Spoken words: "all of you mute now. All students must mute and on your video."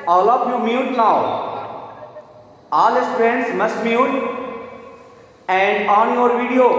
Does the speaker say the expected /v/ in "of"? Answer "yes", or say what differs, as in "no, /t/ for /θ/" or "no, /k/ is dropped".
no, /p/ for /v/